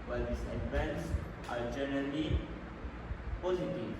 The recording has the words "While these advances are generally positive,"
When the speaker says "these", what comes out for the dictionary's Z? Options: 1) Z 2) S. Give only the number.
2